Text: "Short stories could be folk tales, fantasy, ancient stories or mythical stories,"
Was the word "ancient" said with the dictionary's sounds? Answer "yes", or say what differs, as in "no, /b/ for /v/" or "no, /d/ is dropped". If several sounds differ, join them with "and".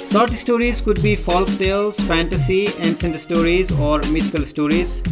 no, /s/ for /ʃ/